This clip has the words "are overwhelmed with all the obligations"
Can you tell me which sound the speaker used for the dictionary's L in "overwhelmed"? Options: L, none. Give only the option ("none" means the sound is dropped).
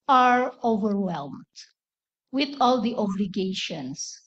L